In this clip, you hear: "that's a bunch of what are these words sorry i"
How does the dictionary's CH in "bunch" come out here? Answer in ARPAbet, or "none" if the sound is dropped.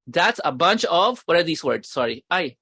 CH